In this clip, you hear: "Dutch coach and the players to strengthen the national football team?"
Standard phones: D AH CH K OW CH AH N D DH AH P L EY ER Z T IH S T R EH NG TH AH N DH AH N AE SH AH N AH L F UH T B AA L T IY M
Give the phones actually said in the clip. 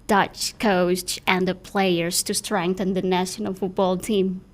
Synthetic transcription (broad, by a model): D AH CH K OW S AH N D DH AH P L EY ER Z T IH S T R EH NG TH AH N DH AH N AE SH AH N AH L F UH T B AA L T IY M